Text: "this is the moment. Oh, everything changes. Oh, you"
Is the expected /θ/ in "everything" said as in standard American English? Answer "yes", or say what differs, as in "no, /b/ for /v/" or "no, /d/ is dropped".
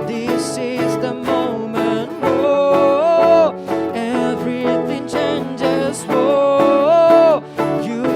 yes